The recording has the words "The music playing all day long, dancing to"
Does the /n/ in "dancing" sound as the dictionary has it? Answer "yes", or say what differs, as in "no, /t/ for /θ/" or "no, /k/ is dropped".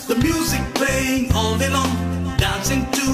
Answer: yes